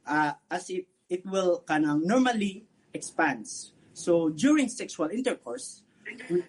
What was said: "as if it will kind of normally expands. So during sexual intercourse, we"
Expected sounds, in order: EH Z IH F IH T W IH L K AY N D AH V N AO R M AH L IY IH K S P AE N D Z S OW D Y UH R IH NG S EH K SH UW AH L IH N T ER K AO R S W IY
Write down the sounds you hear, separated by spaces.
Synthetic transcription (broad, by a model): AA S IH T IH T W IH L K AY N AH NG N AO R M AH L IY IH K S P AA N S S OW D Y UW R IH NG S EH K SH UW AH L IH N T ER K AO R S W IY